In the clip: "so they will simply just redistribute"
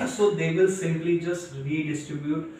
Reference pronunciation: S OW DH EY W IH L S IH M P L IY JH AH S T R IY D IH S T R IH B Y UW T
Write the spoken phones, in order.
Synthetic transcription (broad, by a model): S OW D EY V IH L S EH P L IY JH AH S T R IY D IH S T R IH B Y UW T